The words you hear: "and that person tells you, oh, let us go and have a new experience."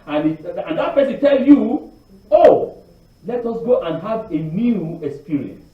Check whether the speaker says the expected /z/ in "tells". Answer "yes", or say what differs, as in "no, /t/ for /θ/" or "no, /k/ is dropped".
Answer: no, /z/ is dropped